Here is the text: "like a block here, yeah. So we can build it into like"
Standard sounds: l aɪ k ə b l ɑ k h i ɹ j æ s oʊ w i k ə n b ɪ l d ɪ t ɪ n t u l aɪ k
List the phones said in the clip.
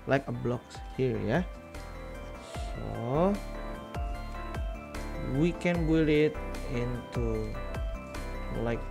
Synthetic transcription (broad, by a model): l aɪ k ə b l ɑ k h i ɹ j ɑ s oʊ w i k ə n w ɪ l ɪ t ɪ n t u l aɪ k